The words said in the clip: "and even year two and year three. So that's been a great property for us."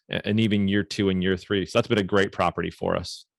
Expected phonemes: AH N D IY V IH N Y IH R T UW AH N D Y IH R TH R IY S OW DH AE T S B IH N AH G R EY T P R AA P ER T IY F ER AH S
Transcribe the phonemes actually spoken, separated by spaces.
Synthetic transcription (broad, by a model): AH N IY V IH N Y IH R T UW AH N Y IH R TH R IY S OW DH AE T S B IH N AH G R EY T P R AA P ER T IY F ER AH S